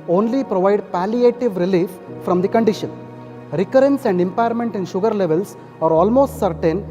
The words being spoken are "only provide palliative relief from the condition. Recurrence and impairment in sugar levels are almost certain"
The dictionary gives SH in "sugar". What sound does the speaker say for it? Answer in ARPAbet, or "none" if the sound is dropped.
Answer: SH